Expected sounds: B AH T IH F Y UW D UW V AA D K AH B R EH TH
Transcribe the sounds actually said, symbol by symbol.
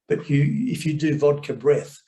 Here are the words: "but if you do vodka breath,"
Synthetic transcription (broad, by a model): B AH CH IH F Y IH D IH V AA D K AH B R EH TH